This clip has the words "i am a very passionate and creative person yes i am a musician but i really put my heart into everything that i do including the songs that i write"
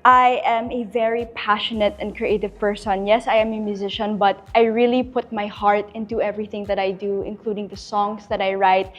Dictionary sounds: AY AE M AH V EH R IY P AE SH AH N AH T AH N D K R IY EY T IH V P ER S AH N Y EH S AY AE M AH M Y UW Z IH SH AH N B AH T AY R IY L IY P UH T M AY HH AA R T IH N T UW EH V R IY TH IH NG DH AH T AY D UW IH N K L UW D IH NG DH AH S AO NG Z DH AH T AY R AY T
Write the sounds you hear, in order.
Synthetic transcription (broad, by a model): AY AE M AH V EH R IY P AE SH AH N AH T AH N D K R IY EY T IH V P ER S AH N Y EH S AY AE M AH M Y UW Z IH SH AH N B AH T AY R IY L IY P UH T M AY HH AA R T IH N T UW EH V R IY TH IH NG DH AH T AY D UW IH N K L UW D IH NG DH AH S AO NG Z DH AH T AY R AY T